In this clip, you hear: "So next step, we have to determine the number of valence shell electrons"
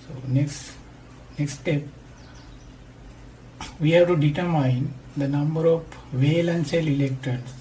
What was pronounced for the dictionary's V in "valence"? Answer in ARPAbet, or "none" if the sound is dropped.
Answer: V